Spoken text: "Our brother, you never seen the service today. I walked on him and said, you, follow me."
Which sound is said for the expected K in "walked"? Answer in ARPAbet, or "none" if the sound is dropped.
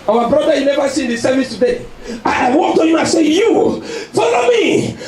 none